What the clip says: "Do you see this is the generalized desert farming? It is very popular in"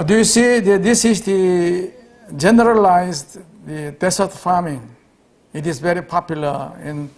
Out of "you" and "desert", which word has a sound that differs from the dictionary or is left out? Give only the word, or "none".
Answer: desert